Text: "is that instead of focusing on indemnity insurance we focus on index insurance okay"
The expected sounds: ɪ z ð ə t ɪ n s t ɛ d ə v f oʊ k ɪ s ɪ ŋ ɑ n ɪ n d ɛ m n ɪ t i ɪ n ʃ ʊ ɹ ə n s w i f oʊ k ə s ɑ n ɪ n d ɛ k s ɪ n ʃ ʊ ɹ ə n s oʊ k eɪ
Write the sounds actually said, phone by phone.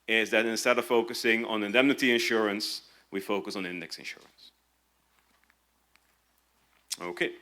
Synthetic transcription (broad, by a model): ɪ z ð ə t ɪ n s t ɛ d ə v f oʊ k ɪ s ɪ ŋ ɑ n ɪ n d ɛ m n ɪ t i ɪ n ʃ ʊ ɹ ə n s w i f oʊ k ə s n ɪ n d ɛ k s ɪ n ʃ ʊ ɹ ə n s oʊ k eɪ